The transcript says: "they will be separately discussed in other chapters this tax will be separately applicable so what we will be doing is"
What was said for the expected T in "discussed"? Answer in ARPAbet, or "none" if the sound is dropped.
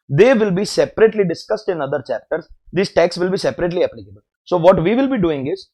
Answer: T